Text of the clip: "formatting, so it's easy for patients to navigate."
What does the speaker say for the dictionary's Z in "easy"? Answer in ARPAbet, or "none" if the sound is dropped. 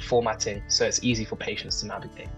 Z